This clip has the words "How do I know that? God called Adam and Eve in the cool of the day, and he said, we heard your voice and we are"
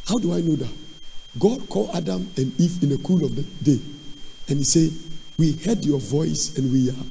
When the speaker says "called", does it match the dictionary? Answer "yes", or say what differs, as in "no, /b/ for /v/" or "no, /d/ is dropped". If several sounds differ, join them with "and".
no, /d/ is dropped